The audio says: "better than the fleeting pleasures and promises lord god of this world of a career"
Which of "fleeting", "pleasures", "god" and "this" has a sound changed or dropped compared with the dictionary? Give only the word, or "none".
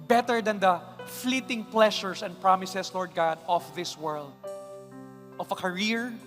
pleasures